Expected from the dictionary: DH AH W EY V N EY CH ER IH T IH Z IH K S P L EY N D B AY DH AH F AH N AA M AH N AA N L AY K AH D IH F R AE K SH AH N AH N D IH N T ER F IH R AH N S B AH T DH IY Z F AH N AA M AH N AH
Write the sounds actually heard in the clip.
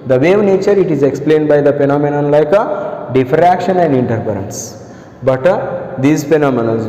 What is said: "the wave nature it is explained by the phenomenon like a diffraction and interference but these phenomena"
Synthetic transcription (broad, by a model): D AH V EY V N EY CH ER IH T IH Z IH K S P L EY N D B AY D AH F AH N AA M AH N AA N L AY K AH D IH F R AE K SH AH N AH N D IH N T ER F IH R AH N S B AH T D IY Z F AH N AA M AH N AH